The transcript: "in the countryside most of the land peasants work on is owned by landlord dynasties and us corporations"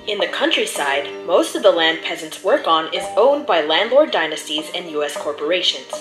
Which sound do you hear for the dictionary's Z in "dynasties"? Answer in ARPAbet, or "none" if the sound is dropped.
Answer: Z